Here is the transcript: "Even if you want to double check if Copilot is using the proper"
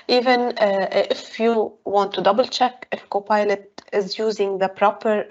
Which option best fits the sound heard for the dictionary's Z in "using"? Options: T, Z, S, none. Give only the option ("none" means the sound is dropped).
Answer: Z